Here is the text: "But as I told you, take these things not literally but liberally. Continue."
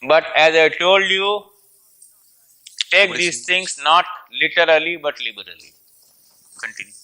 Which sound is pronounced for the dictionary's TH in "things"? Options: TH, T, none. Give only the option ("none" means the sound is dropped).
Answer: T